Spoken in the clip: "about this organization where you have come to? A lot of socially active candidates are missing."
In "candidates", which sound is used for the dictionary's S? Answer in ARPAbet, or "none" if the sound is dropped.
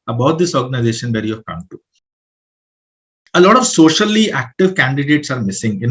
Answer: S